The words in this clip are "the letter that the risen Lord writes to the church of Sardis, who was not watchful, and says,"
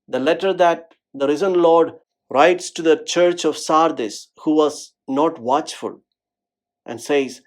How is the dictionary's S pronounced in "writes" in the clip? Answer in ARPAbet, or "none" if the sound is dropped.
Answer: S